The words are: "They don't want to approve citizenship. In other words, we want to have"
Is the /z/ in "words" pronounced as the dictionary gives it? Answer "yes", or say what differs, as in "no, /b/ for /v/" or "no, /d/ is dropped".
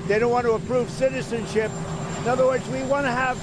yes